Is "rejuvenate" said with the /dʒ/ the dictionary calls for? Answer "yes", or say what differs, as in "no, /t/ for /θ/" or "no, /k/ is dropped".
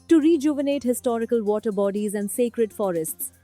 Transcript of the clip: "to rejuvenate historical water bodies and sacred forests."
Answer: yes